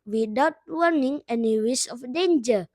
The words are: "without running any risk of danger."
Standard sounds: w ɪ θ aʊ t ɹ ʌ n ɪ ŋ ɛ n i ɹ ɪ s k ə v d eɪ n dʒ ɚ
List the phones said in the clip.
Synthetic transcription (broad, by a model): w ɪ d aʊ t w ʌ n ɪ ŋ ɛ n i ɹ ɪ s ə f d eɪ n dʒ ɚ